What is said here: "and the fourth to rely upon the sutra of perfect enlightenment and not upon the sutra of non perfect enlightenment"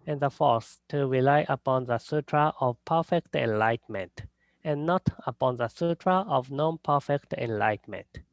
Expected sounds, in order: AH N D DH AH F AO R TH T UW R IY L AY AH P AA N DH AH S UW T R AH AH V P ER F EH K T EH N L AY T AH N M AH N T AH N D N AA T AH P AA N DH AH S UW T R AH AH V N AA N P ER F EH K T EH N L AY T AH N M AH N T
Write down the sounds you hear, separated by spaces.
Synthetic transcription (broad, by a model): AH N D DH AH F AO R S T UW R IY L AY AH P AA N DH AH S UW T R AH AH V P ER F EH K T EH N L AY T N M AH N T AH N N AA T AH P AA N DH AH S UW T R AH AH V N AA N P ER F EH K T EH N L AY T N M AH N T